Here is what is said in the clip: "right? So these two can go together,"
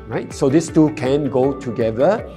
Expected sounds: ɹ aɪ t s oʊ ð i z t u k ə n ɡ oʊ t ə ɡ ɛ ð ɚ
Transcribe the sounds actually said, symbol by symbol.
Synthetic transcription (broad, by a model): ɹ aɪ t s oʊ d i s t u k ə n ɡ oʊ t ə ɡ ɛ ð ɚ